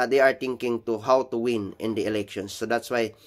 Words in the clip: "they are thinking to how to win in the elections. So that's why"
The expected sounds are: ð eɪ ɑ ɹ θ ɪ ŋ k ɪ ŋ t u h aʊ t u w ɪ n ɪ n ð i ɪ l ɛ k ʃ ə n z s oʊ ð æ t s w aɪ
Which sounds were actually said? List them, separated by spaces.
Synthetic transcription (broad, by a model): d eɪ ɑ ɹ t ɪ ŋ k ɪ ŋ t u h aʊ t u w ɪ n ɪ n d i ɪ l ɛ k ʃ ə n s oʊ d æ t s w aɪ